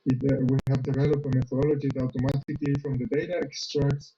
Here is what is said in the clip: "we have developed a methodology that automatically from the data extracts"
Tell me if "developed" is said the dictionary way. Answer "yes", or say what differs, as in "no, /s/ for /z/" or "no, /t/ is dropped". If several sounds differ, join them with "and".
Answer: no, /t/ is dropped